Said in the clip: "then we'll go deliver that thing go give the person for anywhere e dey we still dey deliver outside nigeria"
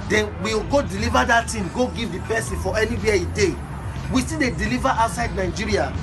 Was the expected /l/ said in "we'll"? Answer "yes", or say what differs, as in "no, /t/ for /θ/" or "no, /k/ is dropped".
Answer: no, /w/ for /l/